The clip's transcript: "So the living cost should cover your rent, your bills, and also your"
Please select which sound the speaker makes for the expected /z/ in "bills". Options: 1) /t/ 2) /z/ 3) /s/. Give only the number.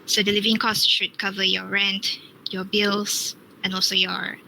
3